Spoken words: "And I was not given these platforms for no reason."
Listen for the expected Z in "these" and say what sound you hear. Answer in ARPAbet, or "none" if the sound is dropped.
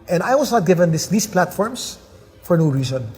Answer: S